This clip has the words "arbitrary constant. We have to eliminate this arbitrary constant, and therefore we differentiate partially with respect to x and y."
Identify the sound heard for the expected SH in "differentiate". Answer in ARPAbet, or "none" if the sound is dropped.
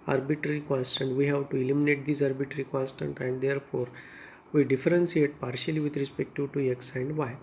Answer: S